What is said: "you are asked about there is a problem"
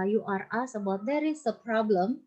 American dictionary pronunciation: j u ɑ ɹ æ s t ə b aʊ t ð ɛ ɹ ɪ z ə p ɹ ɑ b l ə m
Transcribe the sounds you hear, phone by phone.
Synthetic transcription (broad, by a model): j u ɑ ɹ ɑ s ə b aʊ t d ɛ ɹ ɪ s ə p ɹ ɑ b l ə m